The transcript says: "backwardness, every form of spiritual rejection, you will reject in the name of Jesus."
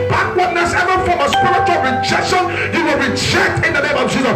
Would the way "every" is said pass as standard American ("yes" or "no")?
no